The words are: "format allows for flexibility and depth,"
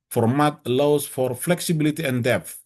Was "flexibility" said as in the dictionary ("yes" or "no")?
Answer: yes